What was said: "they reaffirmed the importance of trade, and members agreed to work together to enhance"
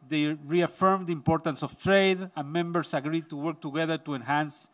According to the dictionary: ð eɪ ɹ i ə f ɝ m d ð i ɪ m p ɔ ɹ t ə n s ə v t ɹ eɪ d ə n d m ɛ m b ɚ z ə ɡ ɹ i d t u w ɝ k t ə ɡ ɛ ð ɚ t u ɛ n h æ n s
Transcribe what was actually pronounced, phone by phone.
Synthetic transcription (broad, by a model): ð eɪ ɹ i ə f ɝ m d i ɪ m p ɔ ɹ t ə n s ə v t ɹ eɪ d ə n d m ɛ m b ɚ s ə ɡ ɹ i d t u w ɝ k t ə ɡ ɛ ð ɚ t u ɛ n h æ n s